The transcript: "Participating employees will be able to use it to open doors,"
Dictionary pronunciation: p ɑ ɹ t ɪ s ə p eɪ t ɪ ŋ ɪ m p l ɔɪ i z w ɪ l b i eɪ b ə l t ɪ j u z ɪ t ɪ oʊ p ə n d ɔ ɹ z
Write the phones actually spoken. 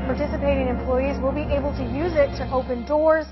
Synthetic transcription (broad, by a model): p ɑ ɹ t ɪ s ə p eɪ t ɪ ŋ ɪ m p l ɔɪ i z w ɪ l b i eɪ b ə l t ɪ j u z ɪ t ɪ oʊ p ə n d ɔ ɹ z